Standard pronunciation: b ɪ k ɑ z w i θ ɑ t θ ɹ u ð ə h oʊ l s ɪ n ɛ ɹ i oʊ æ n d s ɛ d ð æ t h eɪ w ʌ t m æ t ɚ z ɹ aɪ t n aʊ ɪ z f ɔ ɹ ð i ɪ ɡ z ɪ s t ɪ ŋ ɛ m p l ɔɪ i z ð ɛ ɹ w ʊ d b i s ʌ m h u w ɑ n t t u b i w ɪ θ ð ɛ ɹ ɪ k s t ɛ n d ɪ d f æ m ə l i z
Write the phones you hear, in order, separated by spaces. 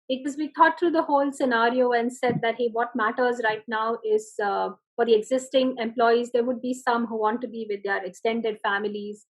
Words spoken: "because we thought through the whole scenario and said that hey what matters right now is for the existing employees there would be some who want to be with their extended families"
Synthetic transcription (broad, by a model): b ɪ k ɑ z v i t ɑ t t ɹ u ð ə h oʊ l s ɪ n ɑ ɹ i oʊ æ n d s ɛ d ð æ t h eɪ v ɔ t m æ t ɚ z ɹ aɪ t n aʊ ɪ z f ɔ ɹ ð i ɪ ɡ z ɪ s t ɪ ŋ ɛ m p l ɔɪ i z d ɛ ɹ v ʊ d b i s ʌ m h u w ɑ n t t u b i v ɪ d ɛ ɹ ɪ k s t ɛ n d ɪ d f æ m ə l i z